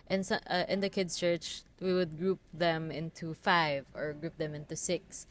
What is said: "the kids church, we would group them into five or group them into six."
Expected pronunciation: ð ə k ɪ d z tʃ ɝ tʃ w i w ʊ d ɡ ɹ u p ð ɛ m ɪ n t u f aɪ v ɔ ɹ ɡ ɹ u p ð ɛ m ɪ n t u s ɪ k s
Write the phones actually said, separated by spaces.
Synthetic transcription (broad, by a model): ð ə k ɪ d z tʃ ɝ tʃ w i w ʊ d ɡ ɹ u p ð ɛ m ɪ n t u f aɪ v ɔ ɹ ɡ ɹ u p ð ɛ m ɪ n t u s ɪ k s